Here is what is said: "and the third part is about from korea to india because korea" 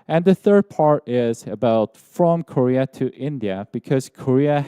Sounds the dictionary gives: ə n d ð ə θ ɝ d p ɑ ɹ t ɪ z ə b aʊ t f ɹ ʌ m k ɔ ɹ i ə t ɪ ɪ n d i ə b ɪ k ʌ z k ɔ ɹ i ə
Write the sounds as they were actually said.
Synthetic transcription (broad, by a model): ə n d ð ə θ ɝ d p ɑ ɹ t ɪ z ə b aʊ t f ɹ ʌ m k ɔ ɹ i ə t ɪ ɪ n d i ə b ɪ k ʌ z k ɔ ɹ i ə